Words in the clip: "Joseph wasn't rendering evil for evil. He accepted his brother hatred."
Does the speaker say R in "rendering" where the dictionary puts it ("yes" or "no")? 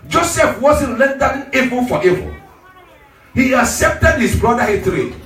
no